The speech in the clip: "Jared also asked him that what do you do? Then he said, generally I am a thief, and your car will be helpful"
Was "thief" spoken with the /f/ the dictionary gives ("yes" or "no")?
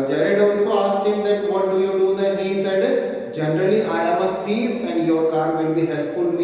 no